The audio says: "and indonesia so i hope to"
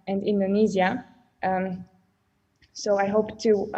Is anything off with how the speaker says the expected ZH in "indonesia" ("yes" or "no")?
yes